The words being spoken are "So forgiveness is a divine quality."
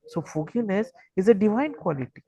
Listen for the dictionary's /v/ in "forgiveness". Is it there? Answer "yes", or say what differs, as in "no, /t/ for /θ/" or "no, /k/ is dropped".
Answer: no, /v/ is dropped